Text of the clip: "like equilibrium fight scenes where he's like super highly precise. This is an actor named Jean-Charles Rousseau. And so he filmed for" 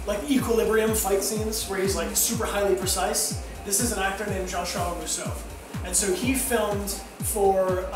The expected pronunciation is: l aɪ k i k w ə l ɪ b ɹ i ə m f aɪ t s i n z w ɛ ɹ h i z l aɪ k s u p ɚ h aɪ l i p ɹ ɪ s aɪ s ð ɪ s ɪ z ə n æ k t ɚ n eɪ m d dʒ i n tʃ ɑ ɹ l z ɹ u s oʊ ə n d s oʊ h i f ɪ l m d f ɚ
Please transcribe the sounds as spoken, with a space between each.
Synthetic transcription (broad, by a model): l aɪ k i k w ə l ɪ b ɹ i ə m f aɪ t s i n z w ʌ ɹ h i z l aɪ k s u p ɚ h aɪ l i p ɹ ɪ s aɪ s ð ɪ s ɪ z ə n æ k t ɚ n eɪ m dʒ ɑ n ʃ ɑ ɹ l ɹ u s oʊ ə n s oʊ h i f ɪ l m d f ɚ